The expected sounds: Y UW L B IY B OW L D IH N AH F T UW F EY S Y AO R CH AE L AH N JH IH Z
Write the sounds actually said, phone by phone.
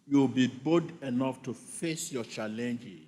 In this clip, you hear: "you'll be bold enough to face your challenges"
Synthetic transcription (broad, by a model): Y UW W B IY B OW D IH N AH F T UW F EY S Y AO CH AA L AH N JH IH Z